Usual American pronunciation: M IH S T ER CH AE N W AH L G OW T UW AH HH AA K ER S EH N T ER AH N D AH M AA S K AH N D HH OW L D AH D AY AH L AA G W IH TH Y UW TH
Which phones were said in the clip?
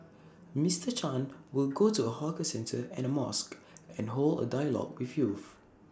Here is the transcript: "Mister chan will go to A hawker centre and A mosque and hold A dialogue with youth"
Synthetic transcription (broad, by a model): M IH S T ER CH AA N W AH L G OW T UW AH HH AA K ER S EH N T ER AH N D AH M AA S K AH N HH OW L D AH D AY AH L AA G W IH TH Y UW F